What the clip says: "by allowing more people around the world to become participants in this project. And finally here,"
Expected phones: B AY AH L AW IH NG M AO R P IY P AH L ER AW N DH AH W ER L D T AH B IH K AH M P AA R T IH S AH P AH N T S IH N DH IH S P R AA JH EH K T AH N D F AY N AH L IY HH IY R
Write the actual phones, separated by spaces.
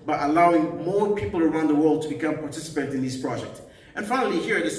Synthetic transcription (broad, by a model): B AY AH L AW IH NG M AO R P IY P L ER AW N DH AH W ER L D T AH B IH K AH M P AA R T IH S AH P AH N T IH N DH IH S P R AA JH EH K T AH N F AY N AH L IY HH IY R